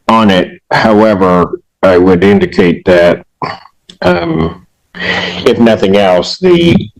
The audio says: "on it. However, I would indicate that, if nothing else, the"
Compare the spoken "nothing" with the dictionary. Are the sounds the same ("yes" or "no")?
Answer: yes